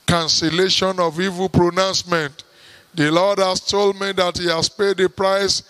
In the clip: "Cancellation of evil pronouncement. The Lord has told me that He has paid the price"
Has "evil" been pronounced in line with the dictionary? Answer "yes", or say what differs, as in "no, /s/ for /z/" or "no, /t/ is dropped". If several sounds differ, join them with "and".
yes